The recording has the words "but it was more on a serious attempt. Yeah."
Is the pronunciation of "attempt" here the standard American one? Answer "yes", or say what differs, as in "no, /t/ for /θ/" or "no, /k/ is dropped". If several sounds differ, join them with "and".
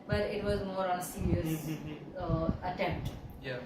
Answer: yes